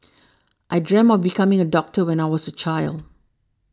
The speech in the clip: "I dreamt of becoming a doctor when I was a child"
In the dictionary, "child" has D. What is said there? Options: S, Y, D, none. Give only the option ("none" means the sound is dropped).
D